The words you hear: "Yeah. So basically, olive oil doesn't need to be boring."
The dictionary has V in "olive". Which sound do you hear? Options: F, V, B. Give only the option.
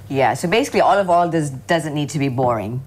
V